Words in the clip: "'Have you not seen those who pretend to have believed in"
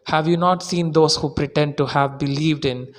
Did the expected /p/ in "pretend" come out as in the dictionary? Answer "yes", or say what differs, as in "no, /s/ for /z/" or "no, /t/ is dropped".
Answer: yes